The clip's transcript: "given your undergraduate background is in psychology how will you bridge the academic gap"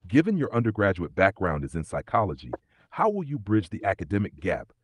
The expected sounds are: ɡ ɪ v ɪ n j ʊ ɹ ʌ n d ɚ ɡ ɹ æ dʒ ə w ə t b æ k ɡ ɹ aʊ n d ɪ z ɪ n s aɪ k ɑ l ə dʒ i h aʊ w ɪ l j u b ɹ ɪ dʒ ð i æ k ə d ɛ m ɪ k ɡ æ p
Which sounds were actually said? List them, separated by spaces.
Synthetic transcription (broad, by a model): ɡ ɪ v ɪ n j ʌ ɹ ʌ n d ɚ ɡ ɹ æ dʒ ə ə t b æ k ɡ ɹ aʊ n d ɪ z ɪ n s aɪ k ɑ l ə dʒ i h aʊ w ɪ l j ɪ b ɹ ɪ dʒ ð i æ k ə d ɛ m ɪ k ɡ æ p